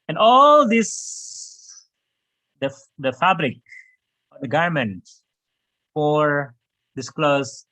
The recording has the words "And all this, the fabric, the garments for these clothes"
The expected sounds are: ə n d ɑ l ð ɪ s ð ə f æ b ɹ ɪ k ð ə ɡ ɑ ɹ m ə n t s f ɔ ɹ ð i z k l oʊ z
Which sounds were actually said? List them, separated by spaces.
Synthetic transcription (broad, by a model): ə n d ɑ l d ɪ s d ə f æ b ɹ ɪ k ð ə ɡ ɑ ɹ m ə n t f ɔ ɹ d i s k l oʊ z